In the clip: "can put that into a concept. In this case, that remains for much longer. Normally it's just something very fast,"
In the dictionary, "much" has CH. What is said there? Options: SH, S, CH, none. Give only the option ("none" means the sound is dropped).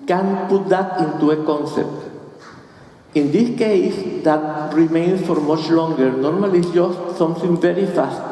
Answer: CH